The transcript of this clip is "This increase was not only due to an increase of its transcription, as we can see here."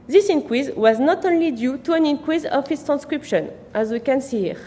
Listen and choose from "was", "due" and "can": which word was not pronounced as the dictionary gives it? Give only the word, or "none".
none